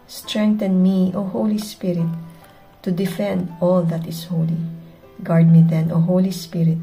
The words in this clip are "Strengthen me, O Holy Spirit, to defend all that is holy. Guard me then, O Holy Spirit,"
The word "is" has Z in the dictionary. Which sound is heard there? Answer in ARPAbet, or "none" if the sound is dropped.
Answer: S